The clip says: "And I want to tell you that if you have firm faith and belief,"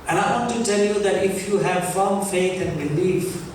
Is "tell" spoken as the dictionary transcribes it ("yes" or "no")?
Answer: yes